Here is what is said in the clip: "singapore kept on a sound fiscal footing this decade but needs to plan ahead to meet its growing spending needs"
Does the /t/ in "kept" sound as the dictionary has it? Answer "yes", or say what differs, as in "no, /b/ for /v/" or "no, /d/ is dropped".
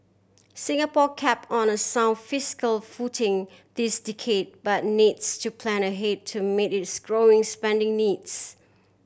no, /t/ is dropped